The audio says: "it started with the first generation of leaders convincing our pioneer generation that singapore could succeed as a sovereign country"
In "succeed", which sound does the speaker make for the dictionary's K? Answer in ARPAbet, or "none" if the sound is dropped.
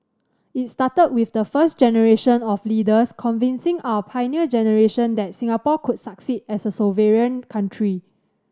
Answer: K